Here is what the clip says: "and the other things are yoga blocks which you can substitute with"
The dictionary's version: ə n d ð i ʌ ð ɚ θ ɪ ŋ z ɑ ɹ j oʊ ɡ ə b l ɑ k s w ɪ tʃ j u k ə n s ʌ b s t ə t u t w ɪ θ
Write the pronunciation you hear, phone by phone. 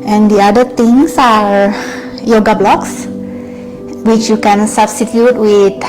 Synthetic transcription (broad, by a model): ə n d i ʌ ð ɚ t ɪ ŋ s ɑ ɹ j oʊ ɡ ə b l ɑ k s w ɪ tʃ j u k ə n s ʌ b s t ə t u t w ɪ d